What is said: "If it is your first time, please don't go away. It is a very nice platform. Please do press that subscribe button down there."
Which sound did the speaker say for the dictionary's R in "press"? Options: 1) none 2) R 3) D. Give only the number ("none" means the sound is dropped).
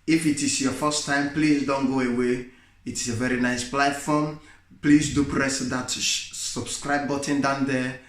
2